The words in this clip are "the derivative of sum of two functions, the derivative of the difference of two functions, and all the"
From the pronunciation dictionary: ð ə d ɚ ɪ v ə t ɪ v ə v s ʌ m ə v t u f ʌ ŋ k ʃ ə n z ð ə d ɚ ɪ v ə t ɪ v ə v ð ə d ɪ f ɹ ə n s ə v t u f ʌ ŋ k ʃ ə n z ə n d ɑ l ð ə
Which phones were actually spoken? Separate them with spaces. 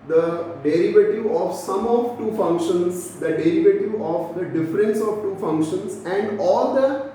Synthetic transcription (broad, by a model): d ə d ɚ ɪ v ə t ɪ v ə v s ʌ m ə v t u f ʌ ŋ k ʃ ə n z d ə d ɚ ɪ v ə t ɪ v ə v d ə d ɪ f ɹ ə n s ə v t u f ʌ ŋ k ʃ ə n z ə n d ɑ l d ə